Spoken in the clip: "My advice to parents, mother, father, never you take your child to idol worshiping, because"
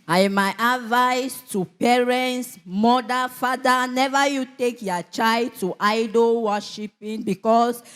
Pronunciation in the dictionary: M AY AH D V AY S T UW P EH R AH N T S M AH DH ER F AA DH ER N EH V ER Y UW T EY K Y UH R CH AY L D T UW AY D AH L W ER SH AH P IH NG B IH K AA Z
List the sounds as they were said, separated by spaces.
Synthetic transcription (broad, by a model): M AY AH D V AY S T UW P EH R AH N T S M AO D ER F AA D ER N EH V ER Y UW T EY K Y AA CH AY L D T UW AY D AH L W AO SH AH P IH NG B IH K AA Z